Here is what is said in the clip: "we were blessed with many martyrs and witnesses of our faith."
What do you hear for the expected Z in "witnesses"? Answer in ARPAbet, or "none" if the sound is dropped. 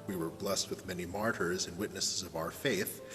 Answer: Z